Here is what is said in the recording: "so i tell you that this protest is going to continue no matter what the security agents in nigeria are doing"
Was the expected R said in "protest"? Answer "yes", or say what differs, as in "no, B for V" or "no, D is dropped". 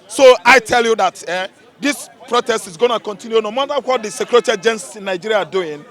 yes